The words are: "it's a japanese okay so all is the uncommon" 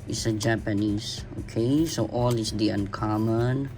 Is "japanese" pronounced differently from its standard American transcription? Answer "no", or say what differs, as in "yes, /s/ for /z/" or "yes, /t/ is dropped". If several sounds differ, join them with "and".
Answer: yes, /s/ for /z/